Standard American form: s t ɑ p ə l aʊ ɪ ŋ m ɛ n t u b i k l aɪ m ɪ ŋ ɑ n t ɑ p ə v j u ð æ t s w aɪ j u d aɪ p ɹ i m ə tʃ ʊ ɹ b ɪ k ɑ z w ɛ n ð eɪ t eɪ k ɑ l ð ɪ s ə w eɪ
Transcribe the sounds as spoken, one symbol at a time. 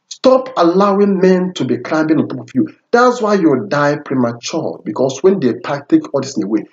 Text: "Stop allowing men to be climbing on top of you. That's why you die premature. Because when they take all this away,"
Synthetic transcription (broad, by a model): s t ɑ p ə l aʊ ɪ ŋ m ɛ n t u b i k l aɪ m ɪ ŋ ɑ n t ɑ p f j u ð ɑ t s w aɪ j u d aɪ p ɹ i m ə tʃ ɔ b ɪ k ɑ s w ɛ n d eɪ t eɪ k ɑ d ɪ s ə w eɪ